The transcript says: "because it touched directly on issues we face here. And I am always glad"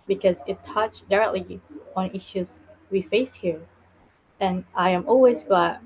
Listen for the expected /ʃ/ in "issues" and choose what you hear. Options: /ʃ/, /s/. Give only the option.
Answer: /ʃ/